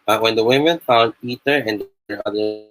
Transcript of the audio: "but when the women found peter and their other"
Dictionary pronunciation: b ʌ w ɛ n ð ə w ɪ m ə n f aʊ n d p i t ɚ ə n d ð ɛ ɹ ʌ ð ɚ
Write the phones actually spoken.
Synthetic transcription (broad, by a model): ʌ w ɛ n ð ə w ɪ m ə n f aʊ l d i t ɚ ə n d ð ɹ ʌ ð ɚ